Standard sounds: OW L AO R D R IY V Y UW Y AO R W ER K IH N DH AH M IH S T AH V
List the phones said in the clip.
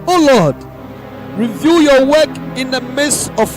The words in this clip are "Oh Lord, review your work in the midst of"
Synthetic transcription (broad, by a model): OW L AO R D R IY V Y UW Y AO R W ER K IH N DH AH M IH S AH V